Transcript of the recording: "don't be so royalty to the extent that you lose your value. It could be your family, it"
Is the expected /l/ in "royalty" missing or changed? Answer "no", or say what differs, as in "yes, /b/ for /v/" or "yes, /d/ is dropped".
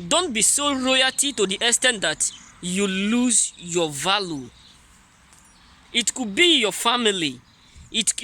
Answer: yes, /l/ is dropped